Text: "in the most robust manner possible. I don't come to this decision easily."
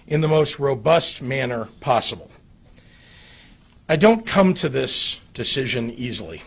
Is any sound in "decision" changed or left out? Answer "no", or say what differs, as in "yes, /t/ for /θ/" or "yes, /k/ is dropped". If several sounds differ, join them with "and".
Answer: no